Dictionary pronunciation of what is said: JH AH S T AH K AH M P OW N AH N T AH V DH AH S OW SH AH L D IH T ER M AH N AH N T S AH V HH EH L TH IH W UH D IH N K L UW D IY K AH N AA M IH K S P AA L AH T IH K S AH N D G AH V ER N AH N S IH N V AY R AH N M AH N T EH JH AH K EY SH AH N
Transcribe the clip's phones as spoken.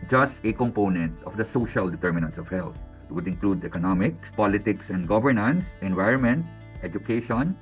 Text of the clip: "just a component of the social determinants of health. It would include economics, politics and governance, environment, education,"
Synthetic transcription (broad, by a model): JH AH S T AH K AH M P OW N AH N T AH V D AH S OW SH AH L D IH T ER M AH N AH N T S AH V HH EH L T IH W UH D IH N K L UW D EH K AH N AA M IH K S P AA L AH T IH K S AH N D G AH V ER N AH N S IH N V AY R AH N M AH N T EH JH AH K EY SH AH N